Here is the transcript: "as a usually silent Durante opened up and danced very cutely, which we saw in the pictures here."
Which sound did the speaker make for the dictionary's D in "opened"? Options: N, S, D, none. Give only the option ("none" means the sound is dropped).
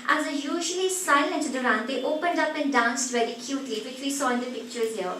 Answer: D